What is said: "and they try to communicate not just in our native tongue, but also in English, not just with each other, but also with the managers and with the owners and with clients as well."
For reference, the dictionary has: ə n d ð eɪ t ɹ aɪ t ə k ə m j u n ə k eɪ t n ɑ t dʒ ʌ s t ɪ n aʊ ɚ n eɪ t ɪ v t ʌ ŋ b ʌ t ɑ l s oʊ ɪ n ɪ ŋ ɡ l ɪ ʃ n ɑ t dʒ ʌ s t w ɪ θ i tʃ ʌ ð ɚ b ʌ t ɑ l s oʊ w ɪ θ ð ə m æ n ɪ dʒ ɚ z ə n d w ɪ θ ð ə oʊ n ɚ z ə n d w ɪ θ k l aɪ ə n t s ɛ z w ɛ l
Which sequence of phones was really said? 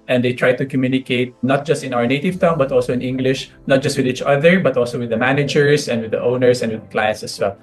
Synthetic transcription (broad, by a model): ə n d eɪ t ɹ aɪ t ə k ə m j u n ə k eɪ t n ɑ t dʒ ʌ s t ɪ n aʊ ɚ n eɪ t ɪ v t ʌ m b ʌ t ɑ l s oʊ ɪ n ɪ ŋ ɡ l ɪ ʃ n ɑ t dʒ ʌ s t w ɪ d i tʃ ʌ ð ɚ b ʌ t ɑ l s oʊ w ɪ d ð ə m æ n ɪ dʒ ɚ s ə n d w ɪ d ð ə oʊ n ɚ s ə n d w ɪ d k l aɪ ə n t s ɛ s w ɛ l